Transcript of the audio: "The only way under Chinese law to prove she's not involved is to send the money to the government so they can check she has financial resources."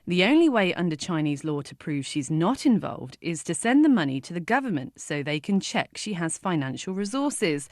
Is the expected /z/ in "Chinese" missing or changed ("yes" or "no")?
no